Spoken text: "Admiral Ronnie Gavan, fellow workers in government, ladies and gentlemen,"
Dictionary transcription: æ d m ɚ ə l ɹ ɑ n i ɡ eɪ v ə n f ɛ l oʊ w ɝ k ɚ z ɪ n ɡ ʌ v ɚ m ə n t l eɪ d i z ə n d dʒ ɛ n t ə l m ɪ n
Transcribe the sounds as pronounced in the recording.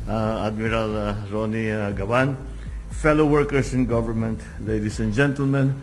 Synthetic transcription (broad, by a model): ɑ d m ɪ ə l ɹ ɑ n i ɡ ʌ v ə n f ɛ l oʊ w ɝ k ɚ s ɪ n ɡ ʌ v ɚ m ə n t l eɪ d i s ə n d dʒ ɛ n t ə l m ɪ n